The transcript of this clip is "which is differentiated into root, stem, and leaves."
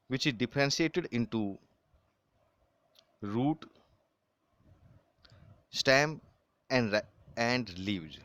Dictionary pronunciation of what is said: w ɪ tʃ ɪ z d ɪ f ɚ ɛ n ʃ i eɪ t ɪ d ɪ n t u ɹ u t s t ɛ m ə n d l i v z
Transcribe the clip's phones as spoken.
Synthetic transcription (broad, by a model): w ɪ tʃ ɪ z d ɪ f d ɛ n s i eɪ t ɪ d ɪ n t u ɹ u t s t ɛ m ə n d l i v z